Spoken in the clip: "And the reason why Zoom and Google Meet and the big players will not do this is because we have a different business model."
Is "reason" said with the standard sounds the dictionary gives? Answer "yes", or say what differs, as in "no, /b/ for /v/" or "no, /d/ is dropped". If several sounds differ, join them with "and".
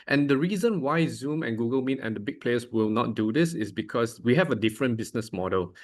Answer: yes